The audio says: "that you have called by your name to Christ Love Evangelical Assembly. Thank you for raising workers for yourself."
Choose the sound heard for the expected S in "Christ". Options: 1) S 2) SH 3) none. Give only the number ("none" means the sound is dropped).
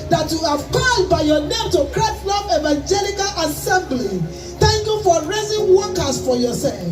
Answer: 3